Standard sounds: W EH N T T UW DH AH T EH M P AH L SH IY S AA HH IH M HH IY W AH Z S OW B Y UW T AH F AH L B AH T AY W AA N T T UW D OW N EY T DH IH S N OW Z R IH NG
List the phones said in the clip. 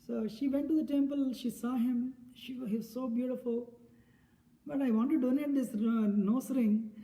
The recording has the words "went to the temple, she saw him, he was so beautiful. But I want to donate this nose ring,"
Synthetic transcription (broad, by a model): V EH N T T UW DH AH T EH M P AH L SH IY S AA HH IH M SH IY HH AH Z S OW B Y UW T AH F AH L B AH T AY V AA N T T UW D OW N EY T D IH S N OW S R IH NG